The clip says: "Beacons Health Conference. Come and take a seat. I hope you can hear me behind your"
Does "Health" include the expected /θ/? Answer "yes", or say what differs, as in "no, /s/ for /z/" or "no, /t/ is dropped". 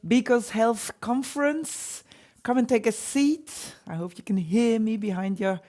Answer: yes